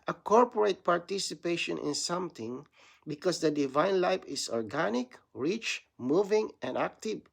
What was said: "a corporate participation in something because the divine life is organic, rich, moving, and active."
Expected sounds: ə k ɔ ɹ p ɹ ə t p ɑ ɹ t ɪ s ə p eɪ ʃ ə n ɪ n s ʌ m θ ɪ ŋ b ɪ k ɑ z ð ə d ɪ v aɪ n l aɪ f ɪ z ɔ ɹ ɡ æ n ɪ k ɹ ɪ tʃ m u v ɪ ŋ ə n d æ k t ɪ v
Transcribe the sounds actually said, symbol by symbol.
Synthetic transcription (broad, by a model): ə k ɔ ɹ p ɹ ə t p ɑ ɹ t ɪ s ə p eɪ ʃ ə n ɪ n s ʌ m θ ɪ ŋ b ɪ k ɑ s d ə d ɪ v aɪ n l aɪ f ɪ s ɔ ɹ ɡ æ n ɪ k ɹ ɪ tʃ m u v ɪ ŋ ə n d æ k t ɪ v